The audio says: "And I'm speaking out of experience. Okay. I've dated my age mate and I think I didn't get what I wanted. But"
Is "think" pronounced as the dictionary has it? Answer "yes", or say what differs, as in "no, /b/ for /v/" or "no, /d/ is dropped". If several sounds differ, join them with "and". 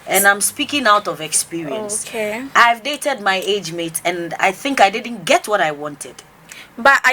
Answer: yes